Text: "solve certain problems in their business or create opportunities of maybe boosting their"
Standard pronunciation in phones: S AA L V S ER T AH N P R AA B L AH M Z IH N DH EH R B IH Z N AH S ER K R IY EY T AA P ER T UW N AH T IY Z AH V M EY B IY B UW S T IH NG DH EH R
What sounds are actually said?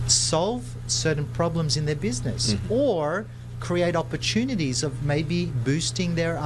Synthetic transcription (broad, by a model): S AA L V S ER T N P R AA B L AH M Z IH N DH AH R B IH Z N AH S ER K R IY EY T AA P ER T UW N AH T IY Z AH V M EY B IY B UW S T IH NG DH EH R